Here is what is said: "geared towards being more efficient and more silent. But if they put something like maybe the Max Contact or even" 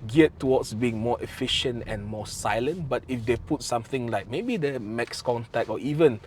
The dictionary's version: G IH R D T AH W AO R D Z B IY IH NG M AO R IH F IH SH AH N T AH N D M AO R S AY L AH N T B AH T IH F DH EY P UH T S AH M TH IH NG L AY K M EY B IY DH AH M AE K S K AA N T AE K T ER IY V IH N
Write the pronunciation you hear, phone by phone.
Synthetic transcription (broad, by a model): G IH T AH W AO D S B IY IH NG M AO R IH F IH SH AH N T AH N M AO S AY L AH N T B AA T IH F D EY P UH T S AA M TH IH NG L AY K M EY B IY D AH M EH K S K AA N T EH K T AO IY V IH N